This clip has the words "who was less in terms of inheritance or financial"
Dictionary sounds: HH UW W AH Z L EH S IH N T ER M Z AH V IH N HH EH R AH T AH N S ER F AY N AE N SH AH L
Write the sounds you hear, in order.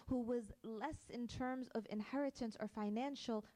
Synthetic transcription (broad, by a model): HH UW W AH Z L EH S IH N T ER M Z AH V IH N HH EH R AH T AH N S ER F AY N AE N SH L